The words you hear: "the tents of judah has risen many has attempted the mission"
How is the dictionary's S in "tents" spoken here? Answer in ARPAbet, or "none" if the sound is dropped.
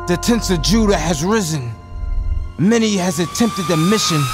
S